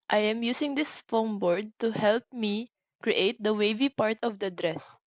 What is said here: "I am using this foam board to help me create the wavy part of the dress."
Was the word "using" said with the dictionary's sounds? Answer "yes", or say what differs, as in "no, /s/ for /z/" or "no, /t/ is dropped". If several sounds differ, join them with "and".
no, /s/ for /z/